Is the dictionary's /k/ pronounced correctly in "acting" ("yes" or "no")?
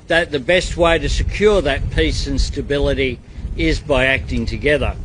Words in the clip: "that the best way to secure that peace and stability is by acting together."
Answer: yes